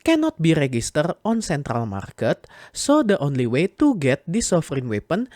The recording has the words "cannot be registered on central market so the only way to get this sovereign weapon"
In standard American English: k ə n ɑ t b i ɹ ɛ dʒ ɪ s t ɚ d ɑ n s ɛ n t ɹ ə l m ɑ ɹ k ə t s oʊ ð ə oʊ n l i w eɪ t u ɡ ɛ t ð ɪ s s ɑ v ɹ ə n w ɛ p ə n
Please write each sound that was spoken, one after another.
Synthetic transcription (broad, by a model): k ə n ɑ t b i ɹ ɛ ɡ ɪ s t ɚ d ɑ n s ɛ n t ɹ ə l m ɑ ɹ k ə t s oʊ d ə oʊ n l i w eɪ t u ɡ ɛ t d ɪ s s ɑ f ɹ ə n w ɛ p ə n